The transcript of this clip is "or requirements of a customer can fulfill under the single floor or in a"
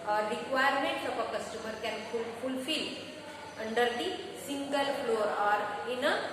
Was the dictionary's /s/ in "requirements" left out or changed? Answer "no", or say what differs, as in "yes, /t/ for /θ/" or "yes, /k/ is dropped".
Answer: yes, /s/ is dropped